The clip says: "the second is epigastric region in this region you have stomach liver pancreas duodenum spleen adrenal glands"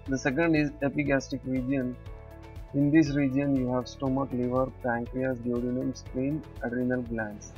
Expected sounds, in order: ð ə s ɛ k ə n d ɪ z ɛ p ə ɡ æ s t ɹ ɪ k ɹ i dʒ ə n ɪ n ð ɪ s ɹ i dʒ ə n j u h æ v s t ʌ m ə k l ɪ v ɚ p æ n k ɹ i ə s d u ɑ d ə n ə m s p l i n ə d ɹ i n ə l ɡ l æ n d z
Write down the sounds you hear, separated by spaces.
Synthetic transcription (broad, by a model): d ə s ɛ k ə n d ɪ z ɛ p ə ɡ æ s t ɪ k ɹ i dʒ ə n ɪ n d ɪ s ɹ i dʒ ə n j u h æ v s t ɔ m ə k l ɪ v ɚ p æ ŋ k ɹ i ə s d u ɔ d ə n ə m s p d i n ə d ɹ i n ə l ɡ l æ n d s